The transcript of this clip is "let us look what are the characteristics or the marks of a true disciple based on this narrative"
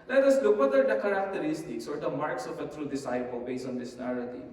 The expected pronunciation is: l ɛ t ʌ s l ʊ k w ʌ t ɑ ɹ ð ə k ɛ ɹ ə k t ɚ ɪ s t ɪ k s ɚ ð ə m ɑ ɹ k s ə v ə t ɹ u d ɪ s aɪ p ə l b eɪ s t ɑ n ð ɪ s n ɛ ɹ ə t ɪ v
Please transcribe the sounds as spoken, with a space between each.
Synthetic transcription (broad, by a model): l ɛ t ʌ s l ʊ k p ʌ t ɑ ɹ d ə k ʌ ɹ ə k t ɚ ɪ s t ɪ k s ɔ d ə m ɑ ɹ k s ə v ə t ɹ u d ɪ s aɪ p ə l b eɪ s ɑ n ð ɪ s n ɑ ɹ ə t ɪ